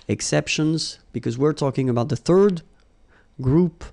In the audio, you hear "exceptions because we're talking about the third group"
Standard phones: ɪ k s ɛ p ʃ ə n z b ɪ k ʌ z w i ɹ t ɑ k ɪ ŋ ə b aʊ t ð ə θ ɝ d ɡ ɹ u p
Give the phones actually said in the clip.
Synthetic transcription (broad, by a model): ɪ k s ɛ p ʃ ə n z b ɪ k ʌ z w i ɹ t ɑ k ɪ ŋ ə b aʊ t ð ə θ ɝ d ɡ ɹ u p